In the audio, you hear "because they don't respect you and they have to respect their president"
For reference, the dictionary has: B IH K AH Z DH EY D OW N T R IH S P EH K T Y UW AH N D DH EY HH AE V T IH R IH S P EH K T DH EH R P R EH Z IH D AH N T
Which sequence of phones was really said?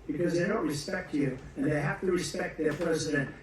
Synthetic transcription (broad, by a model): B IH K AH Z DH EY D OW N T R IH S P EH K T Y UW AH N DH EY HH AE F T IH R IH S P EH K T DH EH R P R EH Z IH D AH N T